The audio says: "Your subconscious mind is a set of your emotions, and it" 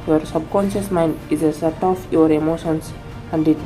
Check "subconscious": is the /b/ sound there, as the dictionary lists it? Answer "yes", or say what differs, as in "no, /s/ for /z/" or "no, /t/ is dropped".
yes